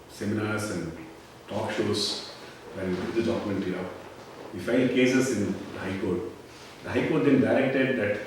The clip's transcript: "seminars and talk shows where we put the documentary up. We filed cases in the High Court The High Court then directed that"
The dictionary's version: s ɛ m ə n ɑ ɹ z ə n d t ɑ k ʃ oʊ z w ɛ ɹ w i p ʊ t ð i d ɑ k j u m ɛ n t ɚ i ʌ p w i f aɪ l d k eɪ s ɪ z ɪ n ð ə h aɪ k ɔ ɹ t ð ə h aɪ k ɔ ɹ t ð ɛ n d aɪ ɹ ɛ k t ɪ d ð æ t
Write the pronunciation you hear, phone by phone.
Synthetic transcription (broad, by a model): s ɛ m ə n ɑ ɹ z ə n d t ɑ k ʃ oʊ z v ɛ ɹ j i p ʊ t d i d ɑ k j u m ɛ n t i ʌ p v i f aɪ n d k eɪ s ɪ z ɪ n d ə h aɪ k ɔ ɹ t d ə h aɪ k ɔ ɹ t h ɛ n d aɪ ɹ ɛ k t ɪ d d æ t